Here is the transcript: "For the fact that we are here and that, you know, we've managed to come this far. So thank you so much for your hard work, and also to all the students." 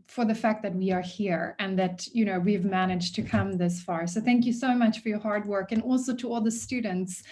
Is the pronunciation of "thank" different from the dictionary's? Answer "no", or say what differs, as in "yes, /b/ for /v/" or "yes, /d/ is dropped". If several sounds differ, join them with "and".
no